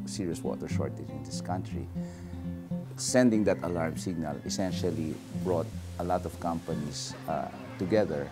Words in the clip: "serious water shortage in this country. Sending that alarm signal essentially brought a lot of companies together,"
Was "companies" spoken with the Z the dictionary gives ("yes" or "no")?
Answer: no